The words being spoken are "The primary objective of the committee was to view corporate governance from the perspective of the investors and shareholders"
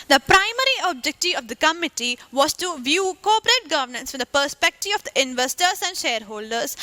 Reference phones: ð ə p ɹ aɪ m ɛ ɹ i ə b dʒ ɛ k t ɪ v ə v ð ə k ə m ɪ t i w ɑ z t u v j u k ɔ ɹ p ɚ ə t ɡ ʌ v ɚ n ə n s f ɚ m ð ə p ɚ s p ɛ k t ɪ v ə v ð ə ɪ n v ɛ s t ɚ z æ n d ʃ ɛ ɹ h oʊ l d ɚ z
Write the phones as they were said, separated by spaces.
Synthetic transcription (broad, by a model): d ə p ɹ aɪ m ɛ ɹ i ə b dʒ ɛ k t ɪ ə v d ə k ə m ɪ t i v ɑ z t u v j u k ɔ p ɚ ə t ɡ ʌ v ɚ n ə n s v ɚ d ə p ɚ s p ɛ k t ɪ v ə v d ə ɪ n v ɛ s t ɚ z æ n d ʃ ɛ ɹ h oʊ l d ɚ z